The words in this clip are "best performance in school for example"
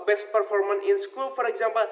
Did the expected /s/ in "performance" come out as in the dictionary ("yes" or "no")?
no